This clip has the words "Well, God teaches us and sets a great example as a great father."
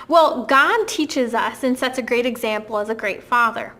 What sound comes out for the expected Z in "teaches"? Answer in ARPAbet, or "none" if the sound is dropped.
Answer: Z